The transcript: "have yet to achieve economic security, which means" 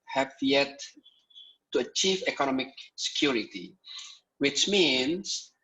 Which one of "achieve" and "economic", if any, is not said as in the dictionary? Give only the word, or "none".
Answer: none